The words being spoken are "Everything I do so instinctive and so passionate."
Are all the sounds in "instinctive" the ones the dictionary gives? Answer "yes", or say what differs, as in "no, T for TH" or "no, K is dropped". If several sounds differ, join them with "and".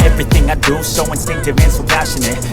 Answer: no, K is dropped